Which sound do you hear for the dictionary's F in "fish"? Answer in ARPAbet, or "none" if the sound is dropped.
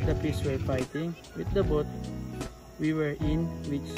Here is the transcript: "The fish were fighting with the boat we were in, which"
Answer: P